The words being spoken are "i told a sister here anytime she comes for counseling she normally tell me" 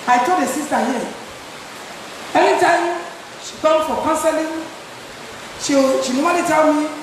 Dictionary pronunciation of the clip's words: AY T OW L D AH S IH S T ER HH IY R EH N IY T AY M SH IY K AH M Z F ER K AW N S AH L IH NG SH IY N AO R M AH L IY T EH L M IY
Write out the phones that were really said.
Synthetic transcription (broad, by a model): AY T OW D AH S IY S T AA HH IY EH N IY T AY M SH IY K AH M F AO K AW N S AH L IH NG SH IY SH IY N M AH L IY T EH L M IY